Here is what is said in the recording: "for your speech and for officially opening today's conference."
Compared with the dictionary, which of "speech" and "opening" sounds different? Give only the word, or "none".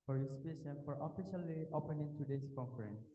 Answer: speech